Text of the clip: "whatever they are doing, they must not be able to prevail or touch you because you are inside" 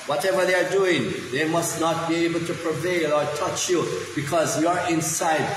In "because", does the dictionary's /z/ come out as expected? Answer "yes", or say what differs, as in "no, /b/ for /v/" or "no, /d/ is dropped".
yes